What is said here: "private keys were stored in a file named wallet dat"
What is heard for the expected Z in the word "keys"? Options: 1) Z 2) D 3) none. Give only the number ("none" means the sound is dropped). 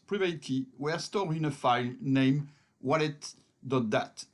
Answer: 3